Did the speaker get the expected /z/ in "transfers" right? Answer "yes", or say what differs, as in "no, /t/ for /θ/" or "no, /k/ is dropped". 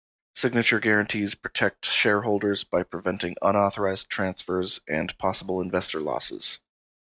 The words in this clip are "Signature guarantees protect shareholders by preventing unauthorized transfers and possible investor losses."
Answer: yes